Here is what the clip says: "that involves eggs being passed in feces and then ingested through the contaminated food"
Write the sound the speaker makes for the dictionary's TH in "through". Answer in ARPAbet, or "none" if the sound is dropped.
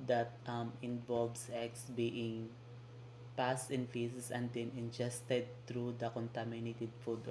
T